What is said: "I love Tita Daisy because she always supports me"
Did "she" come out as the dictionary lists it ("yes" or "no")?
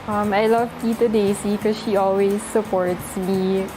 yes